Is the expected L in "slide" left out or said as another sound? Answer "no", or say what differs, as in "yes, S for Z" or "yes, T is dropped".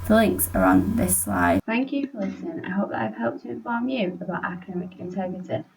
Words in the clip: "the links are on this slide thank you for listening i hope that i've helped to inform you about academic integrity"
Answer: no